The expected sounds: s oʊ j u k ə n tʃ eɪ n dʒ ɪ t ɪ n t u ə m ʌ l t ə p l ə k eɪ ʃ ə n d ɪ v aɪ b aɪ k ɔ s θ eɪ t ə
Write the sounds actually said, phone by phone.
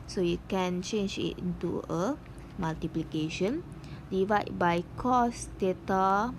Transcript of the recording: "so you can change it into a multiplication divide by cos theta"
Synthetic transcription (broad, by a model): s oʊ j u k ə n tʃ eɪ n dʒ ɪ t ɪ n t u ə m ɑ l t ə p l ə k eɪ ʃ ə n d ɪ v aɪ b aɪ k ɔ s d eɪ t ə